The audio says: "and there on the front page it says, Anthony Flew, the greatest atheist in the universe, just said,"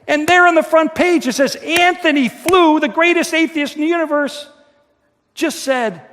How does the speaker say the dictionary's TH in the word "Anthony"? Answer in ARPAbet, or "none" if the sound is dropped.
TH